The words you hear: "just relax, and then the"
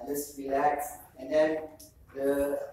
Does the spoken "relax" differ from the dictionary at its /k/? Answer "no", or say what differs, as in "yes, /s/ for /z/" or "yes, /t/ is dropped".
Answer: no